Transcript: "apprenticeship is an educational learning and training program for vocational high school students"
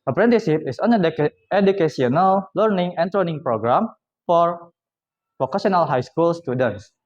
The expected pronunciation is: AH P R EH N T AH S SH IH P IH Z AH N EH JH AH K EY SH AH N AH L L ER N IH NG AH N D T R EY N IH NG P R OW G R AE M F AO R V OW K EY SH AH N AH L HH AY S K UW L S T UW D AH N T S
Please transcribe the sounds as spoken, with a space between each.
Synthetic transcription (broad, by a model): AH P R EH N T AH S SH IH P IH S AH N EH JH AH K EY S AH N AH L L ER N IH NG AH N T R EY N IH NG P R OW G R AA M F AO R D OW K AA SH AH N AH L HH AY S K UW L S T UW D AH N T S